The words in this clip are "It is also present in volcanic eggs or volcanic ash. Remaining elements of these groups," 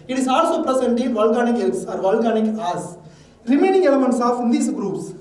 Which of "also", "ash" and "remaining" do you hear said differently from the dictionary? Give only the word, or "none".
ash